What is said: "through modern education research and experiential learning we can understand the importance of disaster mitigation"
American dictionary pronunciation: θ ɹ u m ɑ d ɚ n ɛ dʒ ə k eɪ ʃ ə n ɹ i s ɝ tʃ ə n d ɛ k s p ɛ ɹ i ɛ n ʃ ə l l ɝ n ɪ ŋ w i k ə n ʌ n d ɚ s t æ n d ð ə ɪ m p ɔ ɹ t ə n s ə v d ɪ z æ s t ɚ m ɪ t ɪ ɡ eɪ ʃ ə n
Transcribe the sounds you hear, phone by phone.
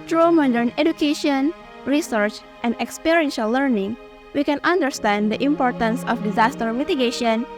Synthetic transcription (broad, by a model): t ɹ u m ɑ d ɚ n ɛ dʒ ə k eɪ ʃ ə n ɹ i s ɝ tʃ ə n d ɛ k s p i ɹ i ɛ n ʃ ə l l ɝ n ɪ ŋ w i k ə n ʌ n d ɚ s t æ n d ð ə ɪ m p ɔ ɹ t ə n s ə f d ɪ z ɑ s t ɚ m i t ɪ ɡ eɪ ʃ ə n